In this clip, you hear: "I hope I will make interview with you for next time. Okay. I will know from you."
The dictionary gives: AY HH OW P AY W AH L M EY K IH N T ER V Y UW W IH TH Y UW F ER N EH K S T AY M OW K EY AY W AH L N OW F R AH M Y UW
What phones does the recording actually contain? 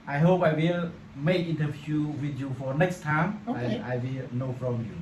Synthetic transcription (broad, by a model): AY HH OW P AY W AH L M EY K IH N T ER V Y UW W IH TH Y UW F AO N EH K S T AY M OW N AY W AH L N OW F R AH M Y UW